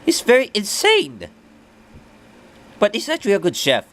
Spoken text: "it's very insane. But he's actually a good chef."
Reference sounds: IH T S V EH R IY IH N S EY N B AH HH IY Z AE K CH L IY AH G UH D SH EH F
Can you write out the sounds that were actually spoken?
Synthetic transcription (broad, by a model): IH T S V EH R IY IH N S EY N B AH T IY S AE CH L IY AH G UH D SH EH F